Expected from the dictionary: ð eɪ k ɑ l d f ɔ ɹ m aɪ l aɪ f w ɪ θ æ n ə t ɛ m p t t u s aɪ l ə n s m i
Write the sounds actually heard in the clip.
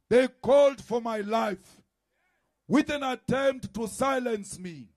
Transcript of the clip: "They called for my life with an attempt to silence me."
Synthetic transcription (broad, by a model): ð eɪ k ɑ l d f ɔ ɹ m aɪ l aɪ f w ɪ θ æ n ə t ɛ m p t t u s aɪ l ə n s m i